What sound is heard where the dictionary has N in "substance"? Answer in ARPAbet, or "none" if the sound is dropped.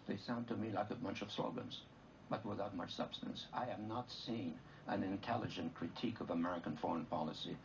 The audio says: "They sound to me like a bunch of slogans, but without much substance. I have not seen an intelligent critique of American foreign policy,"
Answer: N